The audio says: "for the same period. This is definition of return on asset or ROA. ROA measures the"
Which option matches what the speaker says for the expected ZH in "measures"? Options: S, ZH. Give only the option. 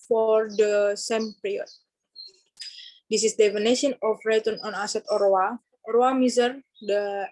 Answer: S